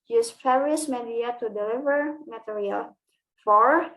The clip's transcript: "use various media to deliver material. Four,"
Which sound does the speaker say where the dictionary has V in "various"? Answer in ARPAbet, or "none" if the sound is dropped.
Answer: F